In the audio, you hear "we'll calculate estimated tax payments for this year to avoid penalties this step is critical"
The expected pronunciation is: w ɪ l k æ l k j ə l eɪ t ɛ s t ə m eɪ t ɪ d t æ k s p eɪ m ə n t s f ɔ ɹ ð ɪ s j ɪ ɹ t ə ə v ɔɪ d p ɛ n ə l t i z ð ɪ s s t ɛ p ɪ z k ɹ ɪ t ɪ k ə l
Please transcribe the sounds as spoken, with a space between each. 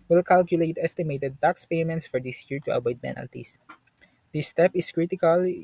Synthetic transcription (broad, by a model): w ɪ l k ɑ l k j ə l eɪ t ɛ s t ə m eɪ t ɪ d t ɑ k s p eɪ m ə n t s f ɔ ɹ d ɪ s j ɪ ɹ t ə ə b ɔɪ d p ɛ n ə l t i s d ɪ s s t ɛ p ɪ s k ɹ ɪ t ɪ k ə l